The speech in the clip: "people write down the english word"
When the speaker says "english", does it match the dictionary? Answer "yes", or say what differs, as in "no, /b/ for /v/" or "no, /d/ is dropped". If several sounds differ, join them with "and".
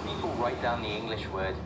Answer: yes